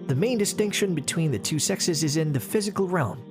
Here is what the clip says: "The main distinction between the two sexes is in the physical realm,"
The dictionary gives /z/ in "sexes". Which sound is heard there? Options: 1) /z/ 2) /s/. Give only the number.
1